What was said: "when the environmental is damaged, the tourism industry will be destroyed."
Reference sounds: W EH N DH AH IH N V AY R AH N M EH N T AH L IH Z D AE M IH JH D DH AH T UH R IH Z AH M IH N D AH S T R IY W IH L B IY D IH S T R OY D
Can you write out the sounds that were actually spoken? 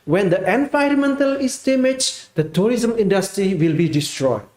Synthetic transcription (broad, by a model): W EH N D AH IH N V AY R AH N M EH N T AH L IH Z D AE M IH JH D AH T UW R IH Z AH M IH N D AH S T R IY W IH L B IY D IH S T R OY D